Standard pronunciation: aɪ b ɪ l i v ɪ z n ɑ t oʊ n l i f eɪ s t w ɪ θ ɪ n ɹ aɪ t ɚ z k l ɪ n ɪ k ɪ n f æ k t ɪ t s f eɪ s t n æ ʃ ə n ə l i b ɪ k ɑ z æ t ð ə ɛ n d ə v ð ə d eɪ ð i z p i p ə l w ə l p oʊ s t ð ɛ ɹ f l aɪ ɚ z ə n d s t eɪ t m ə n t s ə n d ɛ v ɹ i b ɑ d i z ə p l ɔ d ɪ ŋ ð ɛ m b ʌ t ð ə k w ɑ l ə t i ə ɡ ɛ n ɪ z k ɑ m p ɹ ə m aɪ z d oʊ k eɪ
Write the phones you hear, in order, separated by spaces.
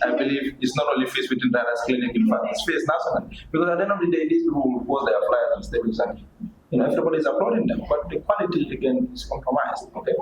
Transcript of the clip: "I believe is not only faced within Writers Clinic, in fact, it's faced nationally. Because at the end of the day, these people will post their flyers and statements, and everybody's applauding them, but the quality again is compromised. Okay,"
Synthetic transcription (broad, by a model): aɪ b ɪ l i v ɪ s n ɑ t oʊ n l i f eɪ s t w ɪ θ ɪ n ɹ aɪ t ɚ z k l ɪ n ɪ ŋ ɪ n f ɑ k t ɪ t s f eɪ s n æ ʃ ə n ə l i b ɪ k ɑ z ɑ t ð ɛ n ə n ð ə d eɪ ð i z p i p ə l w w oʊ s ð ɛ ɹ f l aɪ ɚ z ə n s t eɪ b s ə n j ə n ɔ ɛ v ɹ i b ɑ d i z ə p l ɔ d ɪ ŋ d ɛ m b ʌ t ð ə k w ɑ l ə t i ə ɡ ɛ n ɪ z k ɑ m p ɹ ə m aɪ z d oʊ k eɪ